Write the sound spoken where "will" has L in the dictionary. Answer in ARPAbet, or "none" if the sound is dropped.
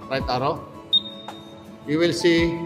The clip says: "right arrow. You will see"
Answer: L